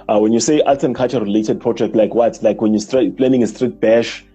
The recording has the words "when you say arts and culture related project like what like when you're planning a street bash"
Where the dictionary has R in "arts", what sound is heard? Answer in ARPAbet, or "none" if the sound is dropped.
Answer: L